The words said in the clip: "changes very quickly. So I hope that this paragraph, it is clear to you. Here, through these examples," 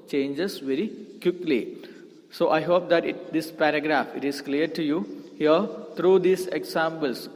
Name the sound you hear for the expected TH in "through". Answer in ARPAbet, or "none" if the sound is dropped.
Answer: T